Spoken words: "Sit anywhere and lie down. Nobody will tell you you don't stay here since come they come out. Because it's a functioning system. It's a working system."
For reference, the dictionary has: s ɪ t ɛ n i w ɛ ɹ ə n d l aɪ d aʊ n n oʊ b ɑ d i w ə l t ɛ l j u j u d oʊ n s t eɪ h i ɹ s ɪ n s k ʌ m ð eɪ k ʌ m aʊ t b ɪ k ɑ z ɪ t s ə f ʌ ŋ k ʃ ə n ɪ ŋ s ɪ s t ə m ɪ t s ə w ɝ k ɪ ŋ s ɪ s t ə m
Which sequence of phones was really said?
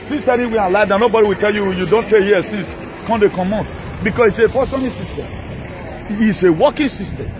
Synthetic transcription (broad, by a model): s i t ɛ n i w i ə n l aɪ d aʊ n n oʊ b ɑ d i w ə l t ɛ l j u j u d oʊ n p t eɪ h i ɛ s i n s k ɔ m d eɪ k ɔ m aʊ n b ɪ k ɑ s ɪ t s ə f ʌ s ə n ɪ s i s t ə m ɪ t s ə w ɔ k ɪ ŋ s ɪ s t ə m